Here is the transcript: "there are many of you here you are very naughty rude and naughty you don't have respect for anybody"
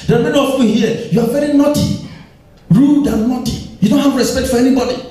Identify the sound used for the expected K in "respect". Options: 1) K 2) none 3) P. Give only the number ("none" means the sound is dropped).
1